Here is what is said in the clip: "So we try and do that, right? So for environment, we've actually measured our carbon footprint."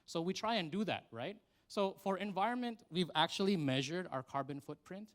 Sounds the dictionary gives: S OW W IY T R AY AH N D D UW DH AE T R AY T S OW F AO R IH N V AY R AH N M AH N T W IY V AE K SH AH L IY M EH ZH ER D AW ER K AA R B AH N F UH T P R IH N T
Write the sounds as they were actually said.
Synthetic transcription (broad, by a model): S OW W IY T R AY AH N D D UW DH AE T R AY T S OW F AO R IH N V AY R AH N M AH N T W IY V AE K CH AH L IY M EH ZH ER D AW ER K AA R B AH N F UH T P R IH N T